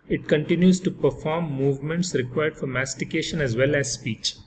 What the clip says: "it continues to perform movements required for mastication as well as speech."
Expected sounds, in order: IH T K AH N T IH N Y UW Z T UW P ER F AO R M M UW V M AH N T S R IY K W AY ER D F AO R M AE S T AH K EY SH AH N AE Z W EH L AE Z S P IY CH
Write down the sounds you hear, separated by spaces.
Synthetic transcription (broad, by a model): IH T K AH N T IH N Y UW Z T UW P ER F AO R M M UW V M AH N T S R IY K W AY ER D F AO R M AE S T AH K EY SH AH N AE Z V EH L AE Z S P IY CH